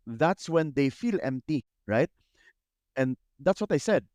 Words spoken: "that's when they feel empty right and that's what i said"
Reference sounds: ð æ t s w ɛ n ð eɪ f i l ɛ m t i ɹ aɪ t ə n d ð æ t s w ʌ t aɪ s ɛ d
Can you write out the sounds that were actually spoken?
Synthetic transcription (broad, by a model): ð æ t s w ɛ n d eɪ f i l ɛ m t i ɹ aɪ t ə n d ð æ t s w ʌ t aɪ s ɛ d